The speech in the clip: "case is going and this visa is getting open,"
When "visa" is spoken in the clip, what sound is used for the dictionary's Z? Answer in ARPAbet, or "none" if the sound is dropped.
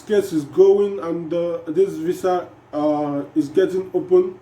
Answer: S